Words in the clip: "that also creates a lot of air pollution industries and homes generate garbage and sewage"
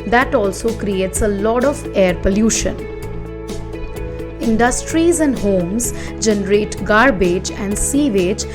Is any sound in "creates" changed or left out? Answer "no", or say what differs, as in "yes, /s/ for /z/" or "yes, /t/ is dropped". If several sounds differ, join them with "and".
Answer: no